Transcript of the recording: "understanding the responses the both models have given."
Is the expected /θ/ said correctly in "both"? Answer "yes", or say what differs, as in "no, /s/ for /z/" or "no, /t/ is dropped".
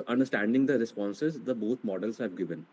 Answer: no, /t/ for /θ/